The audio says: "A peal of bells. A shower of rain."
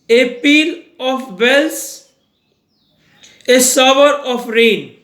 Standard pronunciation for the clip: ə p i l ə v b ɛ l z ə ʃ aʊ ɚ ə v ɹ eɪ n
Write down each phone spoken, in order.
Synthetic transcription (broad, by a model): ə p i l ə f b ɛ l s ə s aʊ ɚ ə f ɹ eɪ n